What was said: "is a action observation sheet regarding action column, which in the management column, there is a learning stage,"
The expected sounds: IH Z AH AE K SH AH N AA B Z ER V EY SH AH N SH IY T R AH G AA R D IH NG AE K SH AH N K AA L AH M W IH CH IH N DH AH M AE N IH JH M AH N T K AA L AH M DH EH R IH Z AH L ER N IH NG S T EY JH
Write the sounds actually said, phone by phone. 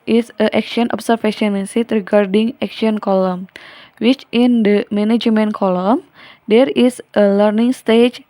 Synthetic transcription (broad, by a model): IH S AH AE K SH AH N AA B S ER F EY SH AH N S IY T R AH G AA R D IH NG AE K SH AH N K AA L AH M W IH CH IH N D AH M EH N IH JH M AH N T K AA L AH M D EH R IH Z AH L ER N IH NG S T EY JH